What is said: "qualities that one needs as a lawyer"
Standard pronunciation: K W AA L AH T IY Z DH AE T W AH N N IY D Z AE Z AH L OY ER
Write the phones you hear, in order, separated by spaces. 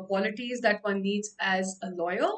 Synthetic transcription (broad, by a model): K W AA L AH T IY Z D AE T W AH N L IY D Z AE Z AH L OY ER